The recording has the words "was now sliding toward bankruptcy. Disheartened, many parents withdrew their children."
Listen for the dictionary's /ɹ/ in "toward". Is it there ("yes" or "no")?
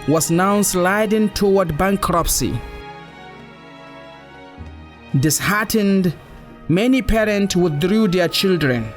no